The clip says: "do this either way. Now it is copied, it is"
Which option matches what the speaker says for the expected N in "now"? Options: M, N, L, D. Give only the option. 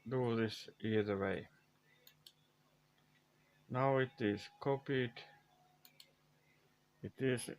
N